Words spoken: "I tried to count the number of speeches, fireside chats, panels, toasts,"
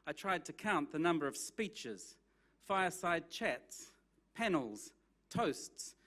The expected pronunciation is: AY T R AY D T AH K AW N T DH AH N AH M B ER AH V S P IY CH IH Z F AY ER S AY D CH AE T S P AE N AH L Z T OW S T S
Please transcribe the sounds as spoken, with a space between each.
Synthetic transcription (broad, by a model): AY T R AY D T AH K AW N DH AH N AH M B ER AH V S P IY CH IH Z F AY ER S AY D CH AE T S P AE N L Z T OW S T S